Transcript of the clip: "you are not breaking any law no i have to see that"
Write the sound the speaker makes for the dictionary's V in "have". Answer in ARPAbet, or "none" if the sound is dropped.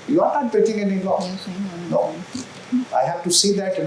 F